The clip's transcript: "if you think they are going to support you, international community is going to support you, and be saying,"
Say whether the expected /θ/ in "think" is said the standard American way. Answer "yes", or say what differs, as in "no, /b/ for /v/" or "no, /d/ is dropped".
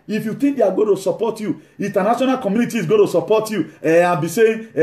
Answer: no, /t/ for /θ/